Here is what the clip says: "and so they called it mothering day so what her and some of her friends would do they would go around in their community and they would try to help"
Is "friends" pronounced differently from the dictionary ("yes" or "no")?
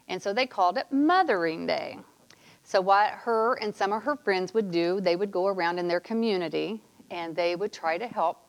no